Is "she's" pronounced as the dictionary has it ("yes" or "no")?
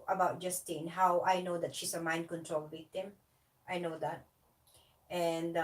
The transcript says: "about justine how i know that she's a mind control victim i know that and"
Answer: no